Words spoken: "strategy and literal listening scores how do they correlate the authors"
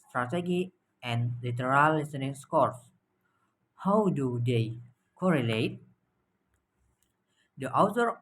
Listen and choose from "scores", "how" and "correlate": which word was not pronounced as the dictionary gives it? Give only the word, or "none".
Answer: scores